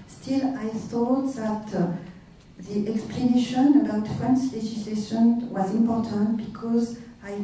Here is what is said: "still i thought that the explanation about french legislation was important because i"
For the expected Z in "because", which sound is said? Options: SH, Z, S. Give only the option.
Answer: Z